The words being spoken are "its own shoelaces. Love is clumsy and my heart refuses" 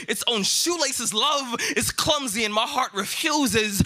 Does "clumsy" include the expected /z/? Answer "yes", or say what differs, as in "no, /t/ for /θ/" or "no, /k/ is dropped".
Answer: yes